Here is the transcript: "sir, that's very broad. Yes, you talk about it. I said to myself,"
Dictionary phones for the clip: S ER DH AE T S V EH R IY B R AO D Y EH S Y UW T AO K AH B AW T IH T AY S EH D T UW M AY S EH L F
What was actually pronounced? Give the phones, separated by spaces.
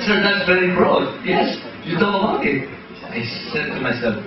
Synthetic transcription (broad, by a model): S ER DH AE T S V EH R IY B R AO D Y EH S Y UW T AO AH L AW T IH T AY S EH D T UW M AY S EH L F